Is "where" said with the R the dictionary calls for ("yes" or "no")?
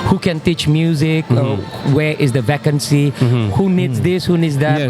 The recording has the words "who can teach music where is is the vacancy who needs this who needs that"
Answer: no